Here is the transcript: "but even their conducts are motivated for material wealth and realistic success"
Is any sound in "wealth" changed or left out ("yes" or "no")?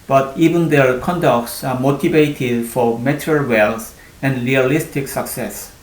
yes